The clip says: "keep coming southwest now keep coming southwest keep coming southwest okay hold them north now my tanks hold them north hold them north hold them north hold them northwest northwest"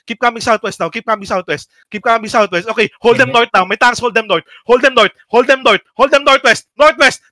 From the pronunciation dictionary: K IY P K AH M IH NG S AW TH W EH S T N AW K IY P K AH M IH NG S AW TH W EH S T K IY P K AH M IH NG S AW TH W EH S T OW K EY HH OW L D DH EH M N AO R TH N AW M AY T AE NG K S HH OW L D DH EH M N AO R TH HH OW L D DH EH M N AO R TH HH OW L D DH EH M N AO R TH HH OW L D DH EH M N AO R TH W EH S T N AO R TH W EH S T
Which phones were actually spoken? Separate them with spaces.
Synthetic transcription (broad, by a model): K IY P K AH M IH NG S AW T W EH S T N AW K IY P K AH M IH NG S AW T W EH S T K IY P K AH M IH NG S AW T W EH S T OW K EY HH OW L D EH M N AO R T N AW M AY T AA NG S HH OW L D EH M N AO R T HH OW L D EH M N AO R T HH OW L D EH M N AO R T HH OW L D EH M N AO R T W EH S T N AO R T W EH S T